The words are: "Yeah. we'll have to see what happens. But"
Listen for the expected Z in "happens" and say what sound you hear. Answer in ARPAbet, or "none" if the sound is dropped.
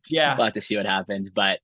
Z